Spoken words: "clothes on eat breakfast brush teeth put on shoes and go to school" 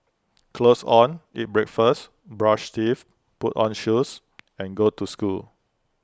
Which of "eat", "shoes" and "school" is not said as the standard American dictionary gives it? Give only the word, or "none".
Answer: shoes